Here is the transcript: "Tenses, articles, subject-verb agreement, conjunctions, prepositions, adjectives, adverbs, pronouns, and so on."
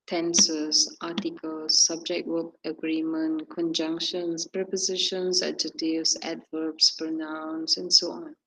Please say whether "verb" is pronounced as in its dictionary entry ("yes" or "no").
no